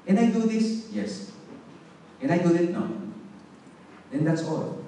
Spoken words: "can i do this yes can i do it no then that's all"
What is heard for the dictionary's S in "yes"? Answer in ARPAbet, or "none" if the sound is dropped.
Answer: S